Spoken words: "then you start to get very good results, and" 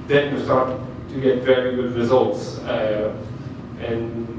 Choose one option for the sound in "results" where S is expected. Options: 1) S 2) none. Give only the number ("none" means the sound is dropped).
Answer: 1